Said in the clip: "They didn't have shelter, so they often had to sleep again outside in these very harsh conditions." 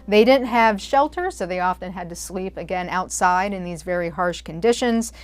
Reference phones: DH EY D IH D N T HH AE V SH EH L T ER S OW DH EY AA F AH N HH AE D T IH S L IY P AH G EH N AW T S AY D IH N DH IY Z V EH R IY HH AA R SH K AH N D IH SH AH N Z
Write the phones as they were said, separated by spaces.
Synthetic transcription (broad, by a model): DH EY D IH D N T HH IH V SH EH L T ER S OW DH EY AA F AH N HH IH D T IH S L IY P AH G EH N AW T S AY D IH N DH IY Z V EH R IY HH AA R SH K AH N D IH SH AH N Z